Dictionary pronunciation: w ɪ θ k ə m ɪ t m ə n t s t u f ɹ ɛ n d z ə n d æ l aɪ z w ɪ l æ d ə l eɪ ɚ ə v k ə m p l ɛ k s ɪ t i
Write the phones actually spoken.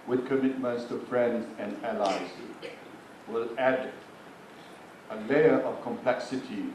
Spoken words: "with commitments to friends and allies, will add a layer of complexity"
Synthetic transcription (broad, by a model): w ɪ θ k ə m ɪ t m ə n t s t u f ɹ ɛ n d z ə n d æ l aɪ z w ɪ l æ d ə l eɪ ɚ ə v k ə m p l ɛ k s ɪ t i